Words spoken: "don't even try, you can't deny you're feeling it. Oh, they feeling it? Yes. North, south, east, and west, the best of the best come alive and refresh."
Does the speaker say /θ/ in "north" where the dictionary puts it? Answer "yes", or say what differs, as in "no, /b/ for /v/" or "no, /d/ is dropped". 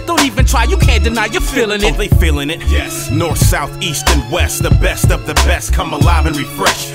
yes